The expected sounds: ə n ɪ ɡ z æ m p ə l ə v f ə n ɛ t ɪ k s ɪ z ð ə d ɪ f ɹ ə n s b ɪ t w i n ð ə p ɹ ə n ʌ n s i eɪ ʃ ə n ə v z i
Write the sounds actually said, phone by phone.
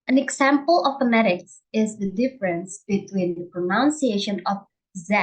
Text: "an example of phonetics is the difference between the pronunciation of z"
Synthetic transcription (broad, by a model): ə n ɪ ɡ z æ m p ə l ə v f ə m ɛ t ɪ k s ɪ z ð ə d ɪ f ɹ ə n s b ɪ t w i n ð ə p ɹ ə n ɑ n s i eɪ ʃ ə n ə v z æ